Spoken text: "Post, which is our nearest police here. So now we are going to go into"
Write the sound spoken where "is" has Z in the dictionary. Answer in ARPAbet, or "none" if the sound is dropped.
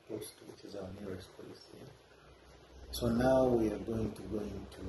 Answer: Z